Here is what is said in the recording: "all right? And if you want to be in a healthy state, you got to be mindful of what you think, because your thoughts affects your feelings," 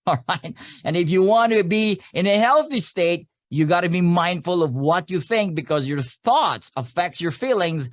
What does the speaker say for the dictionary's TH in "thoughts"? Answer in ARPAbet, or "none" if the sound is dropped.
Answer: TH